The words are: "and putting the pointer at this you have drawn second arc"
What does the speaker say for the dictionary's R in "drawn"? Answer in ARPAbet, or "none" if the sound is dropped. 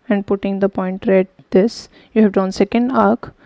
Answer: none